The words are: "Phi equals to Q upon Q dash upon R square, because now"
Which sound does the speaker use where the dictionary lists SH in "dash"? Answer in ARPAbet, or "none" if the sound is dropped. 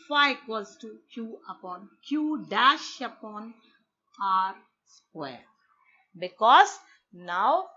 SH